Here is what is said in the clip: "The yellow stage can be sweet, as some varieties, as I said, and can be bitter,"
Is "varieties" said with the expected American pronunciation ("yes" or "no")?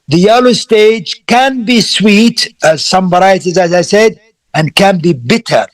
no